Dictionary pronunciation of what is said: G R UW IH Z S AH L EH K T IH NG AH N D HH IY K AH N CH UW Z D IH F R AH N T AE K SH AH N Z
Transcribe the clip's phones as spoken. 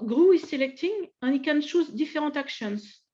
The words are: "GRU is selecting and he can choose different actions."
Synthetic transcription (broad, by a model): G R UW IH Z S AH L EH K T IH NG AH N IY K AH N SH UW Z D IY F R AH T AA K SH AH N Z